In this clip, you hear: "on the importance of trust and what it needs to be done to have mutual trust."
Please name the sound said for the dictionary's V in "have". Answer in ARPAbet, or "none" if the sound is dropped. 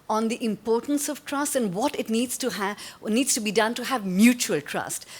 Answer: V